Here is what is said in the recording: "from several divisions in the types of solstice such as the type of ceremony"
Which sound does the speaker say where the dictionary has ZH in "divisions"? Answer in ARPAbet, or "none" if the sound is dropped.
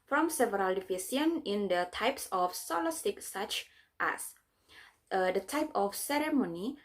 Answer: S